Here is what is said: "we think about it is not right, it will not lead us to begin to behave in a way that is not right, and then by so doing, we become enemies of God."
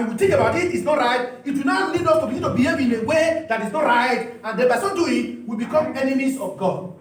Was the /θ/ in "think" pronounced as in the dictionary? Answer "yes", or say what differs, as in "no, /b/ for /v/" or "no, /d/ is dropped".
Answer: no, /t/ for /θ/